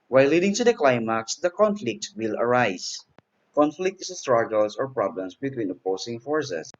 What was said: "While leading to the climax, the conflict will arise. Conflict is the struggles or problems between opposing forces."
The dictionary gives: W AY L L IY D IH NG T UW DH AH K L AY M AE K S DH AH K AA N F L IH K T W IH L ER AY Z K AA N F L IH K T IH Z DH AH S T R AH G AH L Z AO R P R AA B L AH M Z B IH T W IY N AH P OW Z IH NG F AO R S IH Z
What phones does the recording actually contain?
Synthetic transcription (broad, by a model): W AY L L IY D IH NG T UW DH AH K L AY M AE K S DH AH K AA N F L IH K T W IH L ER AY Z K AA N F L IH K T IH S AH S T R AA G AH L S AO R P R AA B L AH M S B IH T W IY N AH P OW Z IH NG F AO R S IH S